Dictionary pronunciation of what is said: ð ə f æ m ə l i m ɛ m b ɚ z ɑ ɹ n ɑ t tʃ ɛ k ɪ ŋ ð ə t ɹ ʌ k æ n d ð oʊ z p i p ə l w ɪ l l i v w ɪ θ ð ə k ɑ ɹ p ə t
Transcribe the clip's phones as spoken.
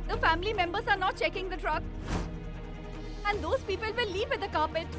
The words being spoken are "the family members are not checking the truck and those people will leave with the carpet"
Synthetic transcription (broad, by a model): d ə f æ m ə l i m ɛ m b ɚ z ɑ ɹ n ɑ t tʃ ɛ k ɪ ŋ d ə t ɹ ʌ k æ n d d oʊ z p i p ə l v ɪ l l i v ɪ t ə k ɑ p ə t